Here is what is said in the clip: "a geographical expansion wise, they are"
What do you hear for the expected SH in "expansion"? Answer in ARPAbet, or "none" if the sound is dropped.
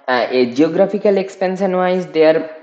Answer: S